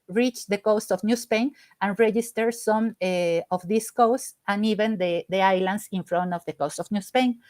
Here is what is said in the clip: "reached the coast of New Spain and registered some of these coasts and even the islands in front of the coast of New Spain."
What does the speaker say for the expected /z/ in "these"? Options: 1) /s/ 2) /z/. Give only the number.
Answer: 1